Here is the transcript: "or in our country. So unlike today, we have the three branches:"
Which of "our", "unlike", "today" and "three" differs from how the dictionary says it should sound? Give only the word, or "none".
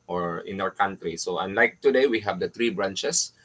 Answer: three